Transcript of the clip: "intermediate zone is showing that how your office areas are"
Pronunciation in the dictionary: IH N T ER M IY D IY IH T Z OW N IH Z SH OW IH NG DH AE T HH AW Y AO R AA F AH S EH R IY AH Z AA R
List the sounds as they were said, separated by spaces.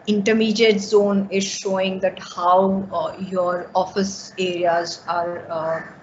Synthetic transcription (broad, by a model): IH N T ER M IY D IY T Z OW N IH Z SH OW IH NG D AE T HH AW Y AO R AA F AH S EH R IY AH Z AA R